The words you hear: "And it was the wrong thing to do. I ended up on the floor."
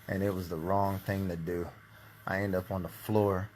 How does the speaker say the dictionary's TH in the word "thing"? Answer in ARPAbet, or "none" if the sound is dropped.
TH